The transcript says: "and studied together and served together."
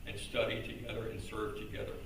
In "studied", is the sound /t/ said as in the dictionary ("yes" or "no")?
yes